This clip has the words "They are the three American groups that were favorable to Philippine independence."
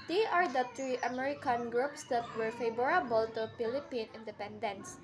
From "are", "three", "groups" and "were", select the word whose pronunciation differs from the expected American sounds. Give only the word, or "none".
three